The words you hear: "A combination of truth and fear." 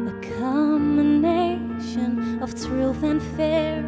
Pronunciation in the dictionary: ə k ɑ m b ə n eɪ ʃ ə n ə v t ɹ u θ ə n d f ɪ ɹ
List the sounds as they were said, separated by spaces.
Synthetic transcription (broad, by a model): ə k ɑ m ə n eɪ ʃ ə n ə v t ɹ u θ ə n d f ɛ ɹ